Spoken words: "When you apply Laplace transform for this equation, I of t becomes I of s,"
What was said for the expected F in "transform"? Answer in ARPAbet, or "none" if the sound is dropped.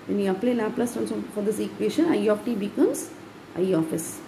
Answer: none